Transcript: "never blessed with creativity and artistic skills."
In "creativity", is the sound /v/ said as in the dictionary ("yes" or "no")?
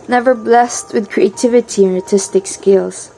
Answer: yes